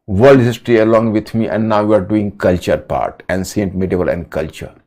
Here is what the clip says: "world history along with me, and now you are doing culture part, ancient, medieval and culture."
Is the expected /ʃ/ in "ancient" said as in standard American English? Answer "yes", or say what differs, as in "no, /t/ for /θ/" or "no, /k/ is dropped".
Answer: no, /s/ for /ʃ/